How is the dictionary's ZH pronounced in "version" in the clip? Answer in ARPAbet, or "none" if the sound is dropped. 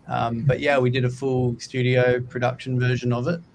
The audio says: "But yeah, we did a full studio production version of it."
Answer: ZH